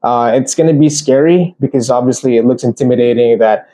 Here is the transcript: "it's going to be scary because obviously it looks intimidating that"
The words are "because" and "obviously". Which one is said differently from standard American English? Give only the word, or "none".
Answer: none